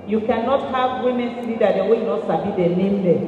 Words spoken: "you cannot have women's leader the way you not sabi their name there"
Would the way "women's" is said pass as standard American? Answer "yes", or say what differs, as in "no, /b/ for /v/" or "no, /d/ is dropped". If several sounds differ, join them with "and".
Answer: no, /s/ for /z/